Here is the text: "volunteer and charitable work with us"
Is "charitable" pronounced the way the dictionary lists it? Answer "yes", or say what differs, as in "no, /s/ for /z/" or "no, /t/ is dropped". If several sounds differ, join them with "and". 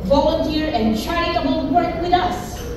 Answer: no, /ɹ/ is dropped